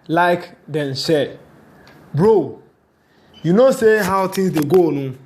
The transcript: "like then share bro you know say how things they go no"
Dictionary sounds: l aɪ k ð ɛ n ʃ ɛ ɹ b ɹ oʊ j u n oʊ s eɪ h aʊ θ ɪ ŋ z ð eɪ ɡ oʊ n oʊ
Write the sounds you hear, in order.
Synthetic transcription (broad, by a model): l aɪ k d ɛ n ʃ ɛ b ɹ oʊ j u n oʊ s eɪ h aʊ t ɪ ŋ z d eɪ ɡ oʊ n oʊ